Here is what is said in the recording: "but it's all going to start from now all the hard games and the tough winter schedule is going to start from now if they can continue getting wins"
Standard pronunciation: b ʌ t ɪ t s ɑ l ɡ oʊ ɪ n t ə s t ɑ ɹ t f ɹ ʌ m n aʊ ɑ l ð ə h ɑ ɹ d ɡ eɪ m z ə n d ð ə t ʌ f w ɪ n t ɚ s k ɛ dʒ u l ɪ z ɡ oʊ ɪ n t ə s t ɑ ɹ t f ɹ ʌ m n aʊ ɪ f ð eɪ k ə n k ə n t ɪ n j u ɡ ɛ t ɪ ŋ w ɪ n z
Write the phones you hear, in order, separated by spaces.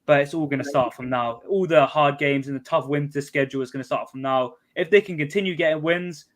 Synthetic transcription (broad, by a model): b ʌ t ɪ t s ɑ l ɡ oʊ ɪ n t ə s t ɑ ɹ t f ɹ ʌ m n aʊ ɑ l ð ə h ɑ d ɡ eɪ m z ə n ð ə t ʌ f w ɪ n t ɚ s k ɛ dʒ u l ɪ z ɡ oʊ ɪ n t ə s t ɑ t f ɹ ʌ m n aʊ ɪ f ð eɪ k ə n k ə n t ɪ n j u ɡ ɛ t ɪ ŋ w ɪ n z